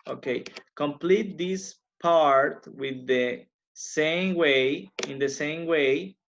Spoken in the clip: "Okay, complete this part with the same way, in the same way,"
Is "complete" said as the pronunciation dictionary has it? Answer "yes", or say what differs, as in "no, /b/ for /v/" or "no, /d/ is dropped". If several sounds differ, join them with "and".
yes